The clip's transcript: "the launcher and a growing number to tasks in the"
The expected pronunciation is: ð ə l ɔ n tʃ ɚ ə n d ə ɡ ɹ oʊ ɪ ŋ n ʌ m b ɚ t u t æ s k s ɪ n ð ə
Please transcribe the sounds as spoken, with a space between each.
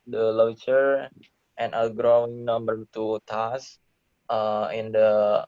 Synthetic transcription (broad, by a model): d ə l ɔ tʃ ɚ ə n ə ɡ ɹ oʊ ɪ ŋ n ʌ m b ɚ t u t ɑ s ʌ ɪ n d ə